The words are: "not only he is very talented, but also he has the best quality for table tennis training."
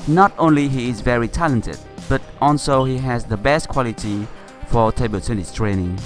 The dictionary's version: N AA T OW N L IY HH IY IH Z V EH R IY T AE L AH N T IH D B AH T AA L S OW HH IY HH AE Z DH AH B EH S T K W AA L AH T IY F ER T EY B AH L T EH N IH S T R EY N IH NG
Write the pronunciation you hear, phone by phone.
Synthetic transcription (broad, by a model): N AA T OW N L IY HH IY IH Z V EH R IY T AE L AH N T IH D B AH T AA L S OW HH IY HH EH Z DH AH B EH S T K W AA L AH T IY F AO T EY B AH L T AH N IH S T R EY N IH NG